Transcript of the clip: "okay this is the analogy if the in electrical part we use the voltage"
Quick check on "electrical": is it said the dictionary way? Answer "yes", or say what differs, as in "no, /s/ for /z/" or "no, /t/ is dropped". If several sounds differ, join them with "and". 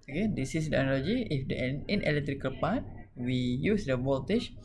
yes